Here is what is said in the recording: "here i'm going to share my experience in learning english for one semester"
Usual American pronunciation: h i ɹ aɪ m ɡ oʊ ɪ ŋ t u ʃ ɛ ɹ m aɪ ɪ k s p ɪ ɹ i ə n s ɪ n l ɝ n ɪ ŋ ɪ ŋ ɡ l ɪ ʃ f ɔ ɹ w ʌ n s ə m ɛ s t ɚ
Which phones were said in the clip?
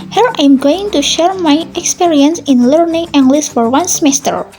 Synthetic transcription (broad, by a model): h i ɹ aɪ m ɡ oʊ ɪ ŋ t u ʃ ɛ ɹ m aɪ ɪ k s p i ɹ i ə n s ɪ n l ɝ n ɪ ŋ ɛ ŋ ɡ l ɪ s f ɔ ɹ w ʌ n s m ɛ s t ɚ